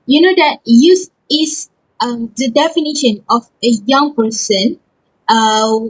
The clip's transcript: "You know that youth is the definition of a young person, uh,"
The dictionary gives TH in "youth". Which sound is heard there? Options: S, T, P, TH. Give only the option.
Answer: S